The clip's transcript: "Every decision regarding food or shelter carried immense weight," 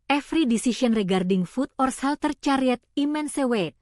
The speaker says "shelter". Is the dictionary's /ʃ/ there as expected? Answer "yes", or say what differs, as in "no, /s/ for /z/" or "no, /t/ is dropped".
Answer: no, /s/ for /ʃ/